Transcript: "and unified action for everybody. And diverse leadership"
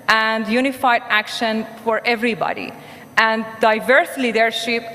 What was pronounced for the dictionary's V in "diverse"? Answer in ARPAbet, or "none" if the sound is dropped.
V